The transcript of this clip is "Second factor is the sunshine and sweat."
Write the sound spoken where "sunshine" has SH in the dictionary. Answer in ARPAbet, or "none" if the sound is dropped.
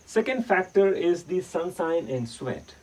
S